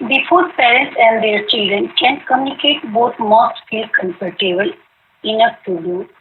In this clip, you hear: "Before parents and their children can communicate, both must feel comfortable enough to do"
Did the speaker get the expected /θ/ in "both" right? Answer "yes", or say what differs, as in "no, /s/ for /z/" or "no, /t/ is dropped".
no, /t/ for /θ/